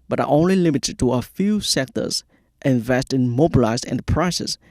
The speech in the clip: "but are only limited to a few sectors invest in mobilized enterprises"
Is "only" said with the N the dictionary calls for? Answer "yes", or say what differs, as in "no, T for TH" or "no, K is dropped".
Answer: yes